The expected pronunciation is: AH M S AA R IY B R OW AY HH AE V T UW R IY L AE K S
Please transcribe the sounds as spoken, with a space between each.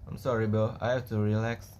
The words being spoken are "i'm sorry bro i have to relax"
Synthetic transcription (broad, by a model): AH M S AA R IY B OW AY HH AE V T UW R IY L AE K S